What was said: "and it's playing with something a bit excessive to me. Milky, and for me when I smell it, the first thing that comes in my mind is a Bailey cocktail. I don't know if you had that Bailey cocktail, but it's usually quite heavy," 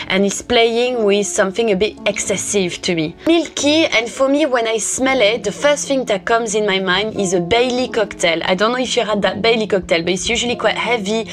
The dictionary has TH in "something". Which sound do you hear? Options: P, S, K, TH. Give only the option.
TH